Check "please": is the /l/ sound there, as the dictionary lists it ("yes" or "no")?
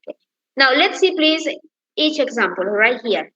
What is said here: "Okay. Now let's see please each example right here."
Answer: yes